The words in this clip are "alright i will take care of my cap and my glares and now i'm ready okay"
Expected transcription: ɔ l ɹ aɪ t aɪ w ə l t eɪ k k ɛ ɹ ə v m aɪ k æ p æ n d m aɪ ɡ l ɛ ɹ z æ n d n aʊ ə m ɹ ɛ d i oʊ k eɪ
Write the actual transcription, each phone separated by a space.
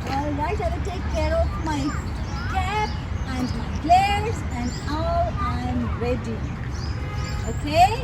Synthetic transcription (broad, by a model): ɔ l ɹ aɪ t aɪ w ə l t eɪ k k ɛ ɹ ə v m aɪ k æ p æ n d m aɪ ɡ l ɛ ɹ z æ n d l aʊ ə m ɹ ɛ d i oʊ k eɪ